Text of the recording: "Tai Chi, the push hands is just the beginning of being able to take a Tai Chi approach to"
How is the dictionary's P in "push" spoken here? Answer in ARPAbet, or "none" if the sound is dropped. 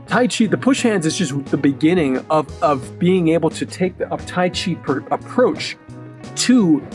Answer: P